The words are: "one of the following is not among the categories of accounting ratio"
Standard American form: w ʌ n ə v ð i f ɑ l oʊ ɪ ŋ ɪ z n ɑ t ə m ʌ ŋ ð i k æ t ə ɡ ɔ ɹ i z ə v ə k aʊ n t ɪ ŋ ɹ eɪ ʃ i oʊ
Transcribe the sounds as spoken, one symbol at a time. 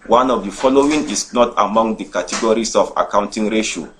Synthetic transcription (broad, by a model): w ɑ n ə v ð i f ɑ l oʊ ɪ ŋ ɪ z n ɑ t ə m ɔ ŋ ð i k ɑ t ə ɡ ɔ ɹ i s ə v ə k aʊ n t ɪ ŋ ɹ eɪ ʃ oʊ